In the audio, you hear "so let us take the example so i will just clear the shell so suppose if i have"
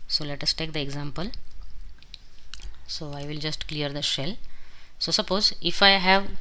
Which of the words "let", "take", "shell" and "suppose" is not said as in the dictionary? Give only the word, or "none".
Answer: none